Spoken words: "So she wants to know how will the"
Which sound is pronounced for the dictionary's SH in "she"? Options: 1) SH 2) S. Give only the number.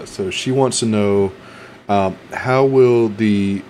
1